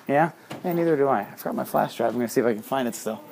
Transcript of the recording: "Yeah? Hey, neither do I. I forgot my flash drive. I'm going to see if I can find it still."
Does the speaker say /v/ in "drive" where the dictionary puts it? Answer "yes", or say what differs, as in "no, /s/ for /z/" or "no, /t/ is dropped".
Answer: no, /v/ is dropped